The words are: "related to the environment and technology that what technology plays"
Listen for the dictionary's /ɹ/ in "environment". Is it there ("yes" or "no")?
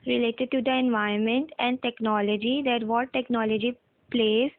no